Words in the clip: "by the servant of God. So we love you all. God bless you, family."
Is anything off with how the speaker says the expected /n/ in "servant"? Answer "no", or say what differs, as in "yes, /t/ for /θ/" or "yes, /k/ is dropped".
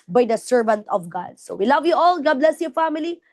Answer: no